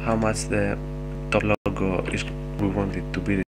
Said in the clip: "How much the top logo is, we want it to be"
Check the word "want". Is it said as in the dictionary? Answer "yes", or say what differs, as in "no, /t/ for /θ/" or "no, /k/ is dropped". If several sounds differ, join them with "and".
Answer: yes